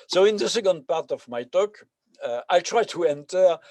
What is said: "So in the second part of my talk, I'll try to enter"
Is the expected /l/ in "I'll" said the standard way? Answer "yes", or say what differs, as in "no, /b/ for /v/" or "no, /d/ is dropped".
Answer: yes